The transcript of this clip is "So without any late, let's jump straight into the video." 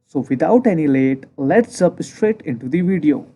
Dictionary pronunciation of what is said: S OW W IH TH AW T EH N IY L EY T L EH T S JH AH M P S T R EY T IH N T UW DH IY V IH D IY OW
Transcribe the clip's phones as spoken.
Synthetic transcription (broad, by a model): S OW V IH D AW T EH N IY L EY T L EH T S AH P S T R EY T IH N T UW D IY V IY D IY OW